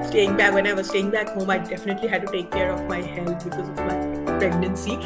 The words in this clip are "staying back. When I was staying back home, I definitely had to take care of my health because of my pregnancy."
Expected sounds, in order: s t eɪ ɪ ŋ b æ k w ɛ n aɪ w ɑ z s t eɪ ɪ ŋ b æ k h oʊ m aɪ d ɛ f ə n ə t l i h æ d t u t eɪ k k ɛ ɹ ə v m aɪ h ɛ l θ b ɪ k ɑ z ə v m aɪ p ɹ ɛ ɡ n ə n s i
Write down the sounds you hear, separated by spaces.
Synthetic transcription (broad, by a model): s t eɪ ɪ ŋ b æ k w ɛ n aɪ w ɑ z s t eɪ ɪ ŋ b æ k h oʊ m aɪ d ɛ f ə n ə t l i h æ d t u t eɪ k k ɛ ɹ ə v m aɪ h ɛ l t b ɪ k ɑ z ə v m aɪ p ɹ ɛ ɡ n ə n s i